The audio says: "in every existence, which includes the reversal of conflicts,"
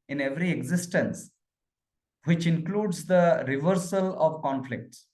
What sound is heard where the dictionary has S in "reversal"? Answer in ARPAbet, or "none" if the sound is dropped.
S